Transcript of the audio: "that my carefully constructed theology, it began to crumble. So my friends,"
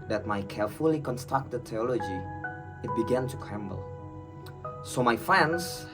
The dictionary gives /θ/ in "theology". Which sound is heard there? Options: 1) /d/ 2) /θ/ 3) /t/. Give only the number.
3